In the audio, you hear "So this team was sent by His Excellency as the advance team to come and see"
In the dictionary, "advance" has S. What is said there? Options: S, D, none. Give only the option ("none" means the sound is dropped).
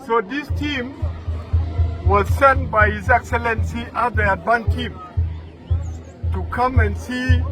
none